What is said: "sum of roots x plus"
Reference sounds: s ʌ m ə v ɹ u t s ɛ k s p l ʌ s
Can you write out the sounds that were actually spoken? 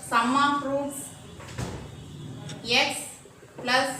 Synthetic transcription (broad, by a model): s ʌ m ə p ɹ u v ɛ k s p l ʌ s